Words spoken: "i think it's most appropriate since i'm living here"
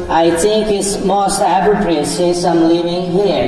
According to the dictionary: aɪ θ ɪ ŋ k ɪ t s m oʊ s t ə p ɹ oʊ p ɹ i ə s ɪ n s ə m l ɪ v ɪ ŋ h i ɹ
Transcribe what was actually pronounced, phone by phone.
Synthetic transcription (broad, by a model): aɪ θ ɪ ŋ k ɪ t s m oʊ s t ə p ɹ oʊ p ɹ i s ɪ s ə m l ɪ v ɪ ŋ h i